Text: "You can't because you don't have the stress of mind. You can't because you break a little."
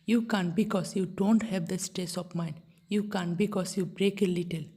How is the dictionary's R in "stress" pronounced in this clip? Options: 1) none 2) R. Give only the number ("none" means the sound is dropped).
1